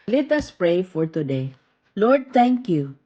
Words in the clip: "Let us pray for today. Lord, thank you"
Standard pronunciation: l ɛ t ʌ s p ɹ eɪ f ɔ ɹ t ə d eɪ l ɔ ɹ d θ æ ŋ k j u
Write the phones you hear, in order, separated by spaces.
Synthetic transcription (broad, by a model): l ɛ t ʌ s p ɹ eɪ f ɔ ɹ t ə d eɪ l ɔ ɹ d t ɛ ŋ k j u